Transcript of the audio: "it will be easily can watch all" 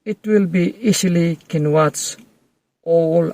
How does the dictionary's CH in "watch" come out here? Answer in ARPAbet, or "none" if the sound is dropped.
S